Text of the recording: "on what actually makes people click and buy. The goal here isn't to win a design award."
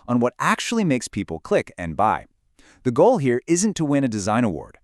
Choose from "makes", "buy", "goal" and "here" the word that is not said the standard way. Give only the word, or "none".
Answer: none